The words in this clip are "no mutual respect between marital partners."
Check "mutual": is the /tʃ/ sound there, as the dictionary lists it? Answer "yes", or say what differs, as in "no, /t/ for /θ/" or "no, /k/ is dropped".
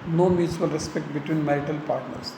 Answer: no, /s/ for /tʃ/